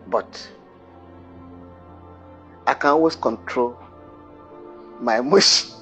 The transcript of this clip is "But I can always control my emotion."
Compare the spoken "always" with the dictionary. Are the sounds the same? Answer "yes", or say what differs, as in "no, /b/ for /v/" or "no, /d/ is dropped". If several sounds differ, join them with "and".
no, /s/ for /z/